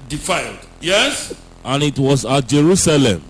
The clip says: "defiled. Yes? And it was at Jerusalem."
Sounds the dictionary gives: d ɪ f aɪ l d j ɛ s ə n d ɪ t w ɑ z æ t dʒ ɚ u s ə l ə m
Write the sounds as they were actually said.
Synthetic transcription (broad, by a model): d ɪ f aɪ l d j ɛ s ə n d ɪ t w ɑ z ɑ t dʒ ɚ u s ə l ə m